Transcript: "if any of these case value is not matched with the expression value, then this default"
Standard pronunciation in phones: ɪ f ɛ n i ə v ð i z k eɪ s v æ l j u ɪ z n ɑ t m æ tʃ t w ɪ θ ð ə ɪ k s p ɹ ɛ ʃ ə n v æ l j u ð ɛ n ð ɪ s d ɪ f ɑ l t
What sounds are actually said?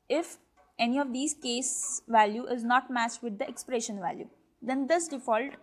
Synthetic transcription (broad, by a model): ɪ f ɛ n i ə v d i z k eɪ s v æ l j u ɪ z n ɑ t m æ s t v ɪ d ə ɪ k s p ɹ ɛ ʃ ə n v æ l j u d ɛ n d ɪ s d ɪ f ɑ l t